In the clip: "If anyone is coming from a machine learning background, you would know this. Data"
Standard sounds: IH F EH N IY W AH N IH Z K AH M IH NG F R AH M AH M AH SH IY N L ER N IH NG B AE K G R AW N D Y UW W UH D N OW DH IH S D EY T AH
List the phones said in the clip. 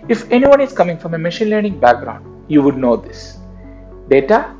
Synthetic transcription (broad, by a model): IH F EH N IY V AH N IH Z K AH M IH NG F R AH M AH M AH SH IY N L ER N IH NG B AE K G R AW N D Y UW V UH D N OW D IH S D EY T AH